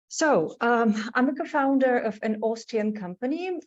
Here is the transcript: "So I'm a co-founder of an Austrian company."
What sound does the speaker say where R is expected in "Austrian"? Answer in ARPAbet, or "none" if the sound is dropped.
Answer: none